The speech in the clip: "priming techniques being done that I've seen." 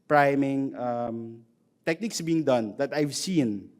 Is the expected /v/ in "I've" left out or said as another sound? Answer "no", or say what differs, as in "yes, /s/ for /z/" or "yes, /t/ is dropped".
no